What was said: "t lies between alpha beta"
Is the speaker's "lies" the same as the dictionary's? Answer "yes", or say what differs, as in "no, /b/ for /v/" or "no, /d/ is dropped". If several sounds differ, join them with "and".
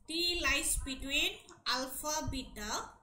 no, /s/ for /z/